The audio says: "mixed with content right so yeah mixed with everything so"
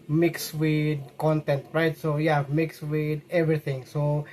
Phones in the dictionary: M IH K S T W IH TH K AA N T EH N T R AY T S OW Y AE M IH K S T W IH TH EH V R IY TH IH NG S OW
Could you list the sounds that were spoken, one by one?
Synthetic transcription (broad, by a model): M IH K S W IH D K AA N T EH N T R AY T S OW Y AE M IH K S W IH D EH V R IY T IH NG S OW